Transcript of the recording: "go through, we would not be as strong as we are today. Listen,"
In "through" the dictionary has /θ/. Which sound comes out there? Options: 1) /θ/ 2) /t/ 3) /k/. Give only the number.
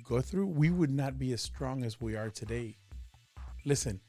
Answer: 1